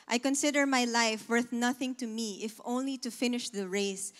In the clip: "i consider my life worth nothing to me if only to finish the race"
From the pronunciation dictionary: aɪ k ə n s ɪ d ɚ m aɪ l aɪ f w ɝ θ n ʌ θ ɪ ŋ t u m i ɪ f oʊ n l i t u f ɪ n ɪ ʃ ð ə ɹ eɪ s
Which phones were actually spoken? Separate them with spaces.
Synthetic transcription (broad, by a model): aɪ k ə n s ɪ d ɚ m aɪ l aɪ f w ɝ θ n ʌ θ ɪ ŋ t u m i ɪ f oʊ n l i t u f ɪ n ɪ ʃ ð ə ɹ eɪ s